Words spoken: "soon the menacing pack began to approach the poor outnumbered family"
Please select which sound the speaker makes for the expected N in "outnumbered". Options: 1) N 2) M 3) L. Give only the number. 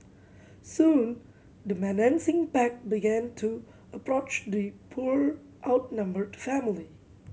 1